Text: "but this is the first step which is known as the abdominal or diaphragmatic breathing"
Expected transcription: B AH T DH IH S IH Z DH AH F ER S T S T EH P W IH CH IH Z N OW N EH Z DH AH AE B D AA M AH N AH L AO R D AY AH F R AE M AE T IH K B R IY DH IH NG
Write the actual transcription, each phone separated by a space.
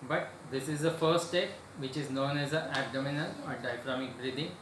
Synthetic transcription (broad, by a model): B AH T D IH S IH Z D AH F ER T S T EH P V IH CH IH Z N OW N EH Z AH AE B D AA M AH N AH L AO R D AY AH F R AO M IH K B R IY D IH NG